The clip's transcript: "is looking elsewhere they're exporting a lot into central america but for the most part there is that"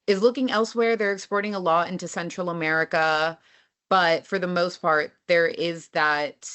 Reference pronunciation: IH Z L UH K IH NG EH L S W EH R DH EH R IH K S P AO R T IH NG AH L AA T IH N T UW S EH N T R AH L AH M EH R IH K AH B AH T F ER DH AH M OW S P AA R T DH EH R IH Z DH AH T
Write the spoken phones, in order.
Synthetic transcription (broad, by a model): IH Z L UH K IH NG EH L S W EH R DH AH R IH K S P AO R T IH NG AH L AA IH N T UW S EH N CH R L AH M EH R IH K AH B AH T F ER DH AH M OW S P AA R T DH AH R IH Z DH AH T